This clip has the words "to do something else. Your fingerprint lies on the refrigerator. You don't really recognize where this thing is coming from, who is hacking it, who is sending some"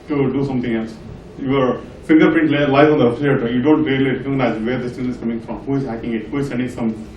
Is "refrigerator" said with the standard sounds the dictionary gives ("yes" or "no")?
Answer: no